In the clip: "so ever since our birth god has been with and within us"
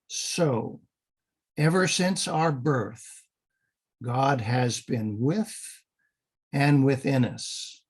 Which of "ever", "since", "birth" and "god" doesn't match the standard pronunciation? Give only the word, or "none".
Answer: none